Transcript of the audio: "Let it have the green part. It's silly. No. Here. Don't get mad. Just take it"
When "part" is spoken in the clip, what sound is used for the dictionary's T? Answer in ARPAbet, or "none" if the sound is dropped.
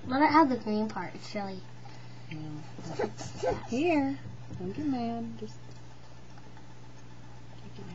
T